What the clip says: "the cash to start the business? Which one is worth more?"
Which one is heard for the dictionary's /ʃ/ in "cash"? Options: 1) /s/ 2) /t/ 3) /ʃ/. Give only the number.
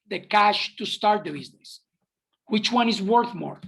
3